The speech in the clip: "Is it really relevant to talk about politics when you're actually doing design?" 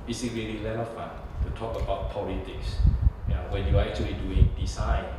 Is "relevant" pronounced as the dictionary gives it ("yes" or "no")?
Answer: no